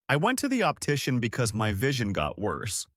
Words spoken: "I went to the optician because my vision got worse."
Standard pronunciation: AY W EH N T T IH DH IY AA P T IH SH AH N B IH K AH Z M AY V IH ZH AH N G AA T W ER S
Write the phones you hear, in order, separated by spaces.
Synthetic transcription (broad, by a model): AY W EH N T T IH DH IY AA P T IH SH AH N B IH K AH Z M AY V IH ZH AH N G AA T W ER S